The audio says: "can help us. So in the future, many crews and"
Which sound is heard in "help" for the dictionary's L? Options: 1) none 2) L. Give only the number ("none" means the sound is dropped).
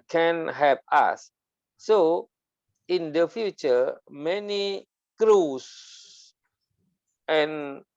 1